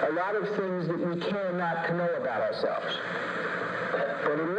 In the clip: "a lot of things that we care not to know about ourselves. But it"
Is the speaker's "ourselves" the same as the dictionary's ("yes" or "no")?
yes